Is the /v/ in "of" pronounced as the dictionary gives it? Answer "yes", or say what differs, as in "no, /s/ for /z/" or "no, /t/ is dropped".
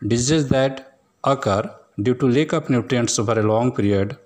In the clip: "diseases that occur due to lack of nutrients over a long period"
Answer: no, /p/ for /v/